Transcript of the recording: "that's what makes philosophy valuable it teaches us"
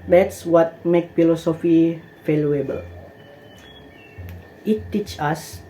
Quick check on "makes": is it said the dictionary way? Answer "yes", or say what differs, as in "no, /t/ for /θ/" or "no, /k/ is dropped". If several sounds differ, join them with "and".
no, /s/ is dropped